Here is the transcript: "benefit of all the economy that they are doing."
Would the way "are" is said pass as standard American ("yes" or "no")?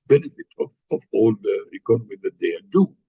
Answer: no